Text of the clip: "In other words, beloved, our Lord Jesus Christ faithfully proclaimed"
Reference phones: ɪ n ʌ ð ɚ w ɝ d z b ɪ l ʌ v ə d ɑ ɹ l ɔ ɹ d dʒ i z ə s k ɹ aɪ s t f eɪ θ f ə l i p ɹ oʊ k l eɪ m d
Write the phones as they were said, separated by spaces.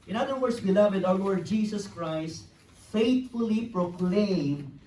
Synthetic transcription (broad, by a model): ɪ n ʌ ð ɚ w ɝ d s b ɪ l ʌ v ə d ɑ w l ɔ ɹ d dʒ i s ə s k ɹ aɪ s t f eɪ t f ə l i p ɹ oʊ k l eɪ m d